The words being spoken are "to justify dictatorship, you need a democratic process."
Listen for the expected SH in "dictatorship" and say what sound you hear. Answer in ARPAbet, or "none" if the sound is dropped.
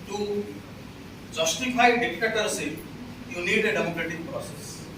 S